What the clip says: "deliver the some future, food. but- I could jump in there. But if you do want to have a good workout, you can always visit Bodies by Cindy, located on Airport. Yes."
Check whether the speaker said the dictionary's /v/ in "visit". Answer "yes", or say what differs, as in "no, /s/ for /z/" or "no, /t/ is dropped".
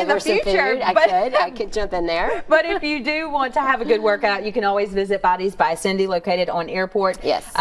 yes